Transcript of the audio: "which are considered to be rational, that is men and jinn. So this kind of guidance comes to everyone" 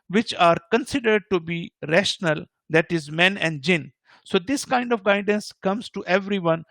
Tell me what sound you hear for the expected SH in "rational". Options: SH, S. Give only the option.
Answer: SH